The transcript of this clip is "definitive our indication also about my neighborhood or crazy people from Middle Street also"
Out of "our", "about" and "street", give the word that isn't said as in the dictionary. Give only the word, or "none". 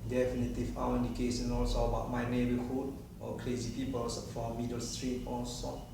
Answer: our